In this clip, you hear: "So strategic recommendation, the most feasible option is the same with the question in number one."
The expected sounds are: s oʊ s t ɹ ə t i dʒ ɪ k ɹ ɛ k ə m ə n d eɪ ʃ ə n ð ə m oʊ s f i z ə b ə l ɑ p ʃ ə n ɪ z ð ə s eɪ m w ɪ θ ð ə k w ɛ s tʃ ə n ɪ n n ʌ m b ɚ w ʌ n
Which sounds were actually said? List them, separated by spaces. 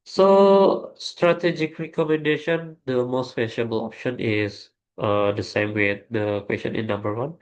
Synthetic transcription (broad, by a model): s oʊ s t ɹ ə t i dʒ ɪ k ɹ ɛ k ə m ə n d eɪ ʃ ə n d ə m oʊ s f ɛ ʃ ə b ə l ɑ p ʃ ə n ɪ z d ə s eɪ m w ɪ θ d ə k w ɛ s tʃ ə n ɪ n n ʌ m b ɚ w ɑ n